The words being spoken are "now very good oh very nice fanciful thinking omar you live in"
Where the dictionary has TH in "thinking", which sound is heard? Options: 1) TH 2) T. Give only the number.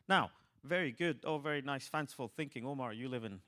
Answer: 1